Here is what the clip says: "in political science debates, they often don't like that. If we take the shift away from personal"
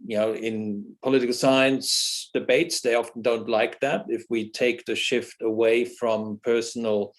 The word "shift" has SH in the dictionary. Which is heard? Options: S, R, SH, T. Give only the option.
SH